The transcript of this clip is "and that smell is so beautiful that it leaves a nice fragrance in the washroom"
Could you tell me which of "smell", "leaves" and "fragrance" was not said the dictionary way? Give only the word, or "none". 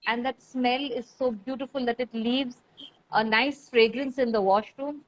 none